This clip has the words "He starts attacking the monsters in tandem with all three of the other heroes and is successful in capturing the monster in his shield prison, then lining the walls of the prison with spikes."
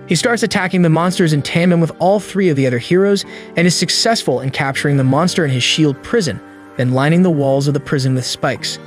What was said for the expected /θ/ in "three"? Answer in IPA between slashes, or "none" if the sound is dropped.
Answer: /θ/